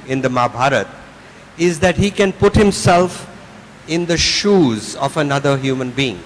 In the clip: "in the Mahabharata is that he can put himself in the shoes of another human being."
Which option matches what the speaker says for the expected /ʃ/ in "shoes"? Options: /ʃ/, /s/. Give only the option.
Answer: /ʃ/